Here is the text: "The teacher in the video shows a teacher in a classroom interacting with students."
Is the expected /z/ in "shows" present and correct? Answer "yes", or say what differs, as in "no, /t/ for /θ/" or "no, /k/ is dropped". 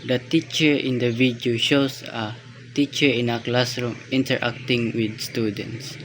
no, /s/ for /z/